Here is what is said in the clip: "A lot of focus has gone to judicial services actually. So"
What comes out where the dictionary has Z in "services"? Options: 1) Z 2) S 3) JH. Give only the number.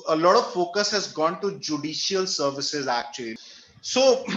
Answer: 1